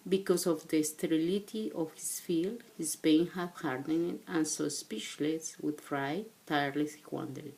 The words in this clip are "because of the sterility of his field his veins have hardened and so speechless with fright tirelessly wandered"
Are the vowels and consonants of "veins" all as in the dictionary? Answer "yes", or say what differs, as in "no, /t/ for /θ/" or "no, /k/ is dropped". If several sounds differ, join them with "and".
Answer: no, /z/ is dropped